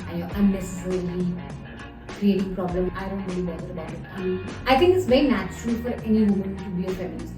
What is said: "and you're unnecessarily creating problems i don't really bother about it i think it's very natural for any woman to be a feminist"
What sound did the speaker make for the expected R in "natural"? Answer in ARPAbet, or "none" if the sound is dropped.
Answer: R